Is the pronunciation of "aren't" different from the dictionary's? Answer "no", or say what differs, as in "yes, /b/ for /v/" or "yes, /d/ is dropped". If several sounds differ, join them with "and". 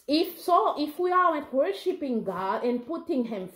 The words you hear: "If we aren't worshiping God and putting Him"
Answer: yes, /w/ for /ɹ/